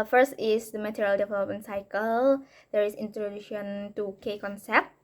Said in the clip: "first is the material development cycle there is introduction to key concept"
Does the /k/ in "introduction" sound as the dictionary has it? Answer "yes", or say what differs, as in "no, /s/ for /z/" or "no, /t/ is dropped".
no, /k/ is dropped